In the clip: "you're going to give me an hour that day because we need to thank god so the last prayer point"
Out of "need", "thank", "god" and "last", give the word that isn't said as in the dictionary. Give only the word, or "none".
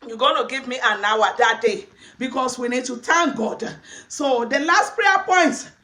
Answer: thank